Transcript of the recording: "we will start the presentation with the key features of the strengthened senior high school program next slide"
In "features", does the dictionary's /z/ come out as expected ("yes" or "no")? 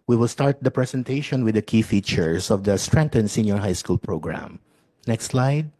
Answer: no